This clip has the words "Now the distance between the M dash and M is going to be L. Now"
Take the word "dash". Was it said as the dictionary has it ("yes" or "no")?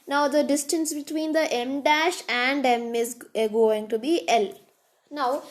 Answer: yes